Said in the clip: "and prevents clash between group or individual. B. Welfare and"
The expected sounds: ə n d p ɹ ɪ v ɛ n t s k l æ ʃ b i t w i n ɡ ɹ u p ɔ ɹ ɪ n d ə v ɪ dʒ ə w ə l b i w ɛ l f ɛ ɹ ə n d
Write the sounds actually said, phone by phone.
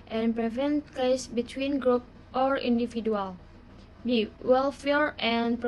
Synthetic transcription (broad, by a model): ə n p ɹ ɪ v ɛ n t k ɛ s b i t w i n ɡ ɹ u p ɔ ɹ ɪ n d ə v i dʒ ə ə l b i w ɛ l f ɛ ɹ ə n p